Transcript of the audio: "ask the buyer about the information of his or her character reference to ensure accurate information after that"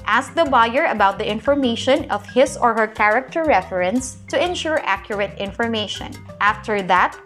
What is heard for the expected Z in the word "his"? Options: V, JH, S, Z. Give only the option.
S